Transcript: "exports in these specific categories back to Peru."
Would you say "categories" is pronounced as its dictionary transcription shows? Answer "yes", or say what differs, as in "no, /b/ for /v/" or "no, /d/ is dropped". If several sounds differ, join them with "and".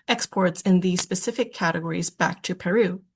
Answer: yes